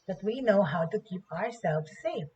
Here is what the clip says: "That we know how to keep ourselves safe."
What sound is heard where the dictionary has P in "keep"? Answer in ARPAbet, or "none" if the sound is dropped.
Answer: P